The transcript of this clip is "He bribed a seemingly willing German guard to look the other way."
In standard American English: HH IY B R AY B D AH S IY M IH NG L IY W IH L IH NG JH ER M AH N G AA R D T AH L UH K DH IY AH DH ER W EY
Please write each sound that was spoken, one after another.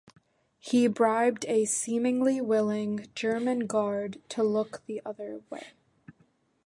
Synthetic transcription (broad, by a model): HH IY B R AY B D AH S IY M IH NG L IY W IH L IH NG JH ER M AH N G AA R D T AH L UH K DH IY AH DH ER W EY